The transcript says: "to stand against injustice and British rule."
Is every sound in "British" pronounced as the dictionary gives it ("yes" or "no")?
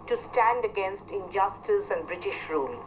yes